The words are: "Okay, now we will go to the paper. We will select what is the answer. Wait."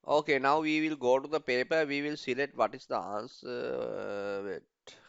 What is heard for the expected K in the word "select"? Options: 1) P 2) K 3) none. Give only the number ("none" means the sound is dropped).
3